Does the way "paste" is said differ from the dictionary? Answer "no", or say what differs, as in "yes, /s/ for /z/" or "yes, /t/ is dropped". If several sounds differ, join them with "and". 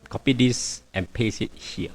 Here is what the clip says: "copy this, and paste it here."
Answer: yes, /t/ is dropped